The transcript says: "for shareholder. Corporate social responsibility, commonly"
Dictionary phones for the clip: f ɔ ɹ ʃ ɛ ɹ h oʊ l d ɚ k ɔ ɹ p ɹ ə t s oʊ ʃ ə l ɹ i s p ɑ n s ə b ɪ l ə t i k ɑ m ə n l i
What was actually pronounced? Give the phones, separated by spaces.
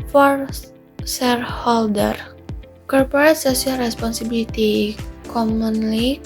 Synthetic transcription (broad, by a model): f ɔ ɹ s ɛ ɹ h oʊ l d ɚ k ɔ ɹ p ɹ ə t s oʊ s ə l ɹ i s p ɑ n s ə b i l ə t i k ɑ m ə n l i